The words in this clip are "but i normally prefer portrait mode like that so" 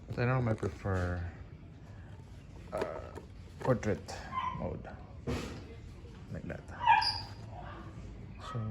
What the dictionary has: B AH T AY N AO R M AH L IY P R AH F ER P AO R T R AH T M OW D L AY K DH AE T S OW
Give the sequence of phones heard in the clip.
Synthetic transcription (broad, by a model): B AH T AY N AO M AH IY P R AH F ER P AO R T R AH T M OW D L AY K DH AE T S OW